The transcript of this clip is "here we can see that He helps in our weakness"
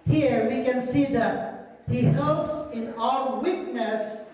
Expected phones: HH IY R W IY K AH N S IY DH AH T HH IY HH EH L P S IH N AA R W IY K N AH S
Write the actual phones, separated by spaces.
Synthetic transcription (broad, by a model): HH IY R W IY K AH N S IY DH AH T HH IY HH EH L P S IH N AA L W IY K N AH S